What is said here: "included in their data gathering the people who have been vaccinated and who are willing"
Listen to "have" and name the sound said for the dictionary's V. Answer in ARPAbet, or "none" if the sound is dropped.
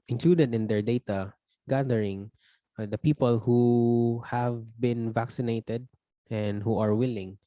V